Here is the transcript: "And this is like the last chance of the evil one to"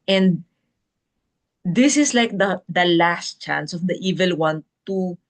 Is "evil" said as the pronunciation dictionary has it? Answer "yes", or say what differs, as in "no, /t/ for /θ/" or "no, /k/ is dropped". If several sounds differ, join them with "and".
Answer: yes